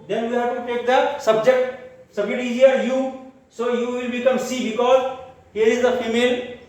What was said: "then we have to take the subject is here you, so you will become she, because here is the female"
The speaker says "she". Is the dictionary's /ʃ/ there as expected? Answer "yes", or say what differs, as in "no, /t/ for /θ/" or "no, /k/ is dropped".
no, /s/ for /ʃ/